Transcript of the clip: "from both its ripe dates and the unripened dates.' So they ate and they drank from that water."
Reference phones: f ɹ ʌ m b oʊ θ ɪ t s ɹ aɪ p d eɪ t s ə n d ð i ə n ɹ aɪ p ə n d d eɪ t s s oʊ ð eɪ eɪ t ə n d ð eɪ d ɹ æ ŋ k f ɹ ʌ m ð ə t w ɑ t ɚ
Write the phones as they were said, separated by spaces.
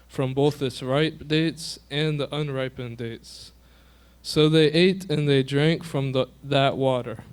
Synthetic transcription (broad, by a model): f ɹ ʌ m b oʊ θ ɪ t s ɹ aɪ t d eɪ t s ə n ð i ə n ɹ aɪ p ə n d d eɪ t s s oʊ ð eɪ eɪ t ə n ð eɪ d ɹ æ ŋ k f ɹ ʌ m ð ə t w ɑ t ɚ